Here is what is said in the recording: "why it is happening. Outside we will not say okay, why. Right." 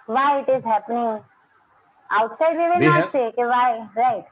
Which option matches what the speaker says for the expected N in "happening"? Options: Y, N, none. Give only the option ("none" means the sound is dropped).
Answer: N